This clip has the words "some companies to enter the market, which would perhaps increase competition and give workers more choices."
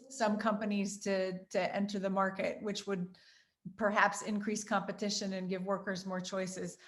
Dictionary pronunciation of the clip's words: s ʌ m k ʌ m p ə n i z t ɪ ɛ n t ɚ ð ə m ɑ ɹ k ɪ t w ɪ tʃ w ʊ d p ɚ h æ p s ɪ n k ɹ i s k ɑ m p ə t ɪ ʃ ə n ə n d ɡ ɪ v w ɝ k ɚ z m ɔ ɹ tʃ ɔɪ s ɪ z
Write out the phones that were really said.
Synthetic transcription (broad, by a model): s ʌ m k ʌ m p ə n i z t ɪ ɛ n t ɚ ð ə m ɑ ɹ k ɪ t w ɪ tʃ w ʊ d p ɚ h æ p s ɪ n k ɹ i s k ɑ m p ə t ɪ ʃ ə n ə n ɡ ɪ v w ɝ k ɚ z m ɔ ɹ tʃ ɔɪ s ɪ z